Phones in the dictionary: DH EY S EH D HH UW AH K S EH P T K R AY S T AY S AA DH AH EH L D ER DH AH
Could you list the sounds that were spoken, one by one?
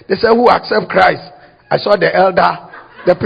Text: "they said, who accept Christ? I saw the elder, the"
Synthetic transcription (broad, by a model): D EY S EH HH UW AH K S EH P T K R AY S T AY S AA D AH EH L D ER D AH